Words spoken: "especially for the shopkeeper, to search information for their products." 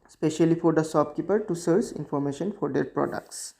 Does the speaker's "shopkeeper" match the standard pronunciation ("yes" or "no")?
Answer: no